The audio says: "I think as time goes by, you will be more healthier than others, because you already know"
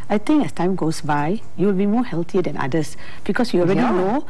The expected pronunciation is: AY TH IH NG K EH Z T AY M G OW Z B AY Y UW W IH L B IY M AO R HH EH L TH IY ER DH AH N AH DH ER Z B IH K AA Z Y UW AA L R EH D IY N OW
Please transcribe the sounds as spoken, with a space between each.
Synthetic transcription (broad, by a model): AY T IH NG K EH S T AY M G OW S B AY Y UW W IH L B IY M AO HH EH L T IY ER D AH N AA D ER S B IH K AA S Y UW AA L R EH D IY N OW